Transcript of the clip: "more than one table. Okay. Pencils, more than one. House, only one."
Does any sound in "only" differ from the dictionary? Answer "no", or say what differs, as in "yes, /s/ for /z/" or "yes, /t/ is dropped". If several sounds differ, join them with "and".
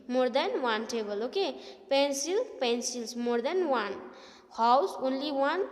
no